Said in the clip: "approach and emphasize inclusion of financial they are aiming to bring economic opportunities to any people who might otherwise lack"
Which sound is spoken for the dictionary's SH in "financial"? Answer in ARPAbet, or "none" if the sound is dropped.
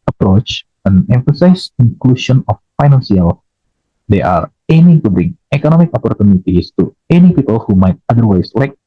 S